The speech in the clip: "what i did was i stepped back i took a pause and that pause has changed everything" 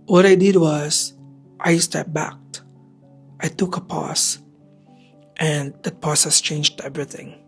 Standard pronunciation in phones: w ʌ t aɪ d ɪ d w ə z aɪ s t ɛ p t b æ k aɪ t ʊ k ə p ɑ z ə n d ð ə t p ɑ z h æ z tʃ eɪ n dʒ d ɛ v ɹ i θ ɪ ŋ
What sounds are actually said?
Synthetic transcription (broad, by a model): w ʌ t aɪ d ɪ d w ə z aɪ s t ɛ t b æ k aɪ t ʊ k ə p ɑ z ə n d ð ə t p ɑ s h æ s tʃ eɪ n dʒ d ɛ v ɹ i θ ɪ ŋ